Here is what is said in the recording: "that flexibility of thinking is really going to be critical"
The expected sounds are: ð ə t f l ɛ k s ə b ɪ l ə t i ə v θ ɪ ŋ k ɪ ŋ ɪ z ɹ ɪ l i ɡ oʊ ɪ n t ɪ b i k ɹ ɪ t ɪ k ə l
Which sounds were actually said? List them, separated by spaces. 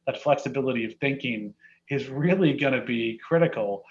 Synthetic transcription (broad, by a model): ð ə t f l ɛ k s ə b ɪ l ə t i ə v θ ɪ ŋ k ɪ ŋ ɪ z ɹ ɪ l i ɡ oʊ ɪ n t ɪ b i k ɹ ɪ t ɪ k l